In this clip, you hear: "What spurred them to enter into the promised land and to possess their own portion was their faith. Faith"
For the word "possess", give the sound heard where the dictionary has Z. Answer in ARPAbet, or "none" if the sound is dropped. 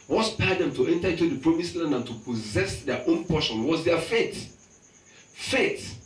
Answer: Z